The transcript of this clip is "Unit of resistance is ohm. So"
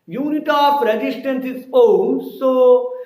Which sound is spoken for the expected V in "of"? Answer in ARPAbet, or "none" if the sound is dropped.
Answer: P